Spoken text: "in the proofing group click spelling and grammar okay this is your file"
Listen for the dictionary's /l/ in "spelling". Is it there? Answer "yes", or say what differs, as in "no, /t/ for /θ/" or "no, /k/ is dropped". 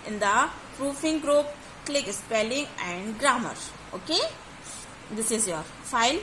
yes